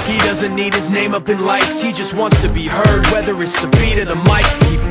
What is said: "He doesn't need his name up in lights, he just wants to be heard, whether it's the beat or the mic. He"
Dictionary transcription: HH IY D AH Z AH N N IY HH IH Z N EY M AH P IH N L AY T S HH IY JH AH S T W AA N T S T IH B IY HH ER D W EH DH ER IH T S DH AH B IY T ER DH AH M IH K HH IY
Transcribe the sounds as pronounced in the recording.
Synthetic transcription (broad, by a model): HH IY D AH Z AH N N IY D IH Z N EY M AH P IH N L AY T S HH IY JH AH S T W AA N T S T IH B IY HH ER D W EH DH ER IH T S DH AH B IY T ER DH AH M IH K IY